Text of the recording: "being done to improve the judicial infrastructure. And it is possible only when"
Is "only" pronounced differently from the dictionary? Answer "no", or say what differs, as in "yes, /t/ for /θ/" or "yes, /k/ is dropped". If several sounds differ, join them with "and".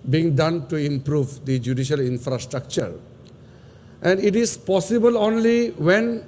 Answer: no